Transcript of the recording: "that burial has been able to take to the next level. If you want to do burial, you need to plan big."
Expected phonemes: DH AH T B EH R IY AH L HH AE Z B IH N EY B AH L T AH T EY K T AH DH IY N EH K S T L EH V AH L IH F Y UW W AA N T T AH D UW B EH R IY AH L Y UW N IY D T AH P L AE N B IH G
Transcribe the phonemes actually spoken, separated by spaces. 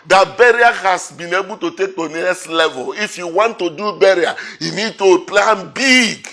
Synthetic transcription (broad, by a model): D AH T B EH R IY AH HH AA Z B IH N EY B AH L T AH T EY K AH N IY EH S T L EH V AH L IH F Y UW W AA N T T AH D UW B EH R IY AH Y UW N IY D T AH P L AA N B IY G